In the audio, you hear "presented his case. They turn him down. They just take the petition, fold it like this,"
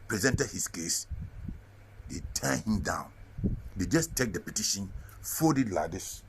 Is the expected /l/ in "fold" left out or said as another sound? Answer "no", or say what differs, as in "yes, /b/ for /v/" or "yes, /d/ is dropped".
yes, /l/ is dropped